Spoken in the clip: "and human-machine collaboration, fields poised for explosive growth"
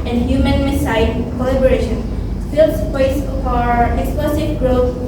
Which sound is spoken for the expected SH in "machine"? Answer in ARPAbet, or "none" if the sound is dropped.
S